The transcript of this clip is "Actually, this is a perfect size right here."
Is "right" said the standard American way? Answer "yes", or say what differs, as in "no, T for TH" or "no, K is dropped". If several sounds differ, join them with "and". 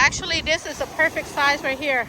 no, W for R